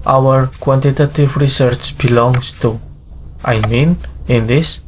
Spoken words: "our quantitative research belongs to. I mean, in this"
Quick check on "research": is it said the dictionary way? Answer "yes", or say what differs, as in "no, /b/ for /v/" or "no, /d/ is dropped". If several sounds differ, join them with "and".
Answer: yes